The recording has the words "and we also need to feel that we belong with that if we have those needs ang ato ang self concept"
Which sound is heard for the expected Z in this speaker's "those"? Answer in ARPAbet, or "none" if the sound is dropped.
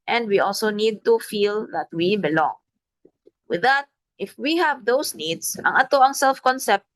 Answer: S